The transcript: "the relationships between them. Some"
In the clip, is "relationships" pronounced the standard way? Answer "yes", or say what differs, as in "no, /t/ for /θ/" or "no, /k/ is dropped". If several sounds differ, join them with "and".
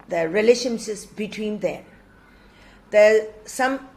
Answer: no, /p/ is dropped